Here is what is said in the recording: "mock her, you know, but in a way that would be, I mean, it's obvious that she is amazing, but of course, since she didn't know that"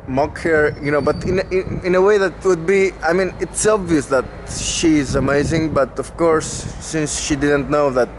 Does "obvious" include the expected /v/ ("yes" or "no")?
yes